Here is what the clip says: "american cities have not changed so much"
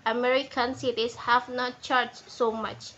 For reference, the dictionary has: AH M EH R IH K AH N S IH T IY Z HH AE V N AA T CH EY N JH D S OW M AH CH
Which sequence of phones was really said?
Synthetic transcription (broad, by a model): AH M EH R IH K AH N S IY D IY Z HH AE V N AA T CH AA JH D S OW M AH CH